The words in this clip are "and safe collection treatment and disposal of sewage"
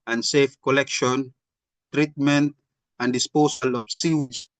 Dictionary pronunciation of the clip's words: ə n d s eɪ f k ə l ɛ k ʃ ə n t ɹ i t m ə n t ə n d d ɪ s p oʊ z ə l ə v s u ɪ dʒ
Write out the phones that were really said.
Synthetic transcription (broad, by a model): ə n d s eɪ f k ə l ɛ k ʃ ə n t ɹ i t m ə n t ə n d d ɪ s p oʊ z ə l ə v s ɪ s